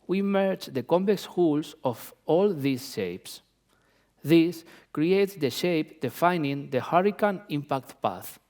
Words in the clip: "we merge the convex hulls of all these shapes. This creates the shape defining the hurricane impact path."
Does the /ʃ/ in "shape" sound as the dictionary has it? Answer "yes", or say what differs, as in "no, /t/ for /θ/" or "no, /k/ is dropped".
yes